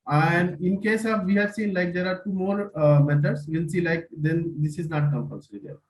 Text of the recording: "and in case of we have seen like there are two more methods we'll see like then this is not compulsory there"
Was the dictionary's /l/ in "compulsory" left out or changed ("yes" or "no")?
yes